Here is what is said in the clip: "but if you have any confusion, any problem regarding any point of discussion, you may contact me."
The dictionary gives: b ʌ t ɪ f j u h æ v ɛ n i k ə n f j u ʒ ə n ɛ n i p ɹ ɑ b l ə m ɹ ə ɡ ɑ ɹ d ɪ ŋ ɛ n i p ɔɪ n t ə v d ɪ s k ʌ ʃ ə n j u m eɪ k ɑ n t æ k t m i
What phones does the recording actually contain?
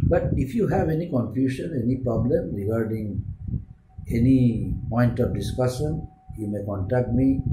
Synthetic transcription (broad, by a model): b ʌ t ɪ f j u h æ v ɛ n i k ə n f j u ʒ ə n ɛ n i p ɹ ɑ b l ə m ɹ ə ɡ ɑ ɹ d ɪ ŋ ɛ n i p ɔɪ n t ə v d ɪ s k ʌ ʃ ə n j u m eɪ k ɑ n t æ k t m i